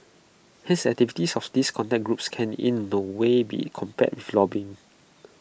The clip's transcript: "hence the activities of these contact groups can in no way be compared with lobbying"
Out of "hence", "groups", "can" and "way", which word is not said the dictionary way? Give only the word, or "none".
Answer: hence